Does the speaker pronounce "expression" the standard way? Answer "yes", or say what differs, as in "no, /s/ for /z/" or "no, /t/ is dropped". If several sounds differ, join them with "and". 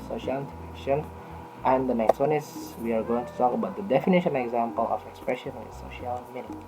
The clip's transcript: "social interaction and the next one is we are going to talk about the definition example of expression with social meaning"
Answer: yes